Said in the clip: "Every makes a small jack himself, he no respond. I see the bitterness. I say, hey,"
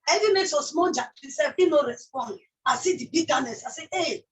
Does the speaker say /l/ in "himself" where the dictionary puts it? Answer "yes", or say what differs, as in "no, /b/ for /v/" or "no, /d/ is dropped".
no, /l/ is dropped